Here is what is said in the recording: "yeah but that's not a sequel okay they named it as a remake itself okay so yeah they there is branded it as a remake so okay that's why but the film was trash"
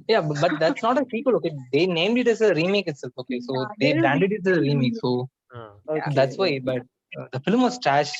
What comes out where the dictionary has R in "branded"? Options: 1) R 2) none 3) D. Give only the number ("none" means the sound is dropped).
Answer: 2